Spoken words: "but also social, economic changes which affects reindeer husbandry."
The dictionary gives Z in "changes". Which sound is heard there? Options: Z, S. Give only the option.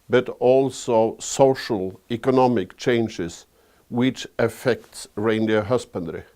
S